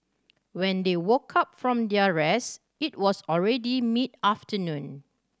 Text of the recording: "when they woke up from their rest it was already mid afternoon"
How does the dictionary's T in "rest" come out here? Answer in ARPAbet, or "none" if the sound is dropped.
none